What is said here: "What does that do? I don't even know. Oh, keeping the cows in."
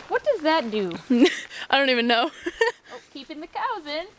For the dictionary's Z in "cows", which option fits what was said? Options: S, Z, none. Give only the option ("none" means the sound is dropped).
Z